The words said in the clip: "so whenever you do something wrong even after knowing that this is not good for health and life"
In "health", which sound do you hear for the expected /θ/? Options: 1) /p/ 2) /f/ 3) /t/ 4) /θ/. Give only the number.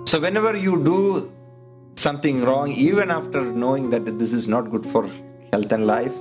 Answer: 3